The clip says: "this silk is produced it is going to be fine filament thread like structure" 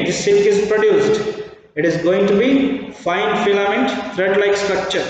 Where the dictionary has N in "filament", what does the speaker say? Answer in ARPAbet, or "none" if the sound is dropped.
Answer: N